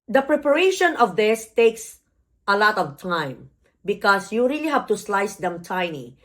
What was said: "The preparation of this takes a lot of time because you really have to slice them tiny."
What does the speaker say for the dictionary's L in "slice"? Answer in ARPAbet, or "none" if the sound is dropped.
L